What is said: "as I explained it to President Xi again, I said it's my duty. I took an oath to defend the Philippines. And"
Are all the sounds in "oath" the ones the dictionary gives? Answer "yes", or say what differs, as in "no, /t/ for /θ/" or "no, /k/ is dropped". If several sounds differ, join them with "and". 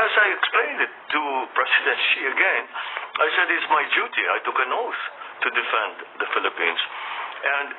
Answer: no, /s/ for /θ/